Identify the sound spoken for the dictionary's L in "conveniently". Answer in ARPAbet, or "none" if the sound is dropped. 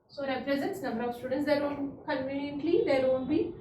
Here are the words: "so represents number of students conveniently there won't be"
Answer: L